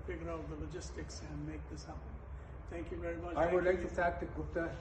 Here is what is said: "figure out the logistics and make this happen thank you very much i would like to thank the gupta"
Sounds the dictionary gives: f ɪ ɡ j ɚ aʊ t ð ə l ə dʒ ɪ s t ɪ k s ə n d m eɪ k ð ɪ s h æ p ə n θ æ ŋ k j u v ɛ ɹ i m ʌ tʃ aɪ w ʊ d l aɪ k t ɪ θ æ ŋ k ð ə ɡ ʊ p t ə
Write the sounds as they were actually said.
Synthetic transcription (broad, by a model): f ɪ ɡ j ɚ aʊ t ð ə l ə dʒ ɪ s t ɪ k s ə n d m eɪ k ð ɪ s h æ ə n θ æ ŋ k j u v ɛ ɹ i m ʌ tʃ aɪ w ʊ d l aɪ k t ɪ f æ k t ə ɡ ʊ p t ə